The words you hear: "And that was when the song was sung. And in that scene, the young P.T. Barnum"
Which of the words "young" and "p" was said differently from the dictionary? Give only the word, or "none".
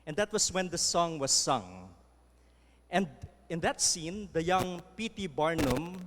none